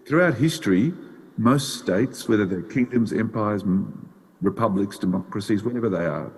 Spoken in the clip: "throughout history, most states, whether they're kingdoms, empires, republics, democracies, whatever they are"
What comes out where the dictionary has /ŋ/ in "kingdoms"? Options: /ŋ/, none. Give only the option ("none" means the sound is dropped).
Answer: /ŋ/